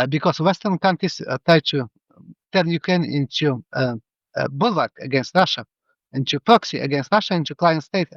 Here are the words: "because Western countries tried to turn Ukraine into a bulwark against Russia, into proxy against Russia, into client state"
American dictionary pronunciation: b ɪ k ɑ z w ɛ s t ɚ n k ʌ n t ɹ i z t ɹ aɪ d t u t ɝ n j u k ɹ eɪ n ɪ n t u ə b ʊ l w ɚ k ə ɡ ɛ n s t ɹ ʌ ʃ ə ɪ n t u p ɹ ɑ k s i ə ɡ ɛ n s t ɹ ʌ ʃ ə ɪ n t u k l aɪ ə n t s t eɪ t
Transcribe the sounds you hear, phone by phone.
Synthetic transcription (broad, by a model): b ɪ k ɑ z w ɛ s t ɚ n k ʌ n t ɹ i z t ɹ aɪ d t u t ɝ n j u k ɹ eɪ n ɪ n t u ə b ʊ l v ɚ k ə ɡ ɛ n s t ɹ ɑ ʃ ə ɪ n t u p ɹ ɑ k s i ə ɡ ɛ n s t ɹ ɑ ʃ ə ɪ n t u k l aɪ ə n t s t eɪ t